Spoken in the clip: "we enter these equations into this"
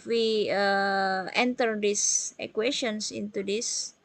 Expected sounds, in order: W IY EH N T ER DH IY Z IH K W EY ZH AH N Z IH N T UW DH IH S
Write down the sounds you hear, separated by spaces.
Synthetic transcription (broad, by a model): W IY EH N T ER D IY S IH K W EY SH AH N S IH N T UW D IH S